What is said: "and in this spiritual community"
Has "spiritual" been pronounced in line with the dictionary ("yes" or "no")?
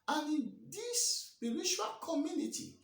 no